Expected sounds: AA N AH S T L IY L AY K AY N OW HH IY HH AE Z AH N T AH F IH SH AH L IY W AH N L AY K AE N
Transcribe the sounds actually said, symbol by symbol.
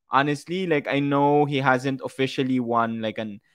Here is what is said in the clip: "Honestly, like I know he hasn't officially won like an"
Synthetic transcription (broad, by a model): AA N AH S T L IY L AY K AY N OW HH IY HH AE Z AH N T AH F IH SH AH L IY W AH N L AY K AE N